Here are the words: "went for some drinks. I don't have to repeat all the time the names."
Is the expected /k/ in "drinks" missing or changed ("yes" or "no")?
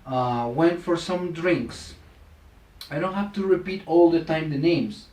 no